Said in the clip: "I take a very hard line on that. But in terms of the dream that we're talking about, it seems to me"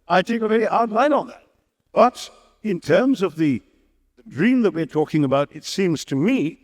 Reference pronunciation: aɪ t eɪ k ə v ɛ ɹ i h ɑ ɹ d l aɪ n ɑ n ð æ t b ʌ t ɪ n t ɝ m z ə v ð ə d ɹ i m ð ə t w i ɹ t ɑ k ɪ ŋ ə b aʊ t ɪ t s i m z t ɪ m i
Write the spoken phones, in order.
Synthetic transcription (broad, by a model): aɪ t eɪ k ə v ɛ ɹ i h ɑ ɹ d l aɪ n n ð æ t b ʌ t ɪ n t ɝ m z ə v ð ə d ɹ i m ð ə t w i ɹ t ɑ k ɪ ŋ ə b aʊ t ɪ t s i m z t ɪ m i